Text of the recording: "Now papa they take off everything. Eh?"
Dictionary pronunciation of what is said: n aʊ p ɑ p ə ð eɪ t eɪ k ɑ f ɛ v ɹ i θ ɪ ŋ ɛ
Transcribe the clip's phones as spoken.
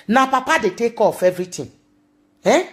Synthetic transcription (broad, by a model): n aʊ p ɑ p ə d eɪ t eɪ k ɑ f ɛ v ɹ i t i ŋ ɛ